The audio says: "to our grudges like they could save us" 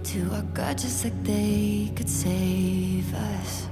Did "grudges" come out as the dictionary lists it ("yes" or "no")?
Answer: no